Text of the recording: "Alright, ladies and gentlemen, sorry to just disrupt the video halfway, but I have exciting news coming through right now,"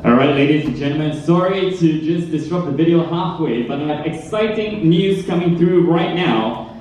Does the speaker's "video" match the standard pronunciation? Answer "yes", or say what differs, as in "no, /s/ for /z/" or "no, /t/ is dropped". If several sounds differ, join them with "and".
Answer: yes